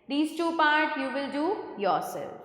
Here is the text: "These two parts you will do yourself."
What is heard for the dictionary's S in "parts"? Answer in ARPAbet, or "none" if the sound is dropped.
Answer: none